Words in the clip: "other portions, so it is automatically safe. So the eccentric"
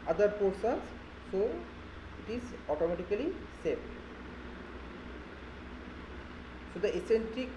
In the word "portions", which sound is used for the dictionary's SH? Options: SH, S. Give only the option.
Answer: S